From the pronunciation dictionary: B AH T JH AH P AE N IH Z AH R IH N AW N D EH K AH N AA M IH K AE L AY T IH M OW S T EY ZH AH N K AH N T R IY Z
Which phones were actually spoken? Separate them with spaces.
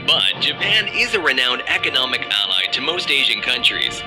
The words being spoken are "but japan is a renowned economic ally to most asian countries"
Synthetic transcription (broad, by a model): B AH T JH AH P AE N IH Z AH R IH N AW N D EH K AH N AA M IH K AE L AY T IH M OW S T EY ZH AH N K AH N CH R IY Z